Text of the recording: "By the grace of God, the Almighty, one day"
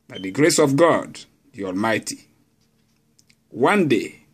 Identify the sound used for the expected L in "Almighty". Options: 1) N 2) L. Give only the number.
2